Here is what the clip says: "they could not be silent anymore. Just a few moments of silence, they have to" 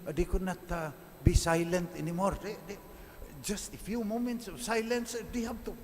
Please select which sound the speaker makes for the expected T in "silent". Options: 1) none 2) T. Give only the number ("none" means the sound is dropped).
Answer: 2